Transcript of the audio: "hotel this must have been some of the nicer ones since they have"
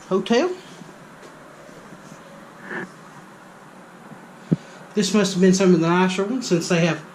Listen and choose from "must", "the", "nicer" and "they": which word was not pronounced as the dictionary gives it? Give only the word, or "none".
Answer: nicer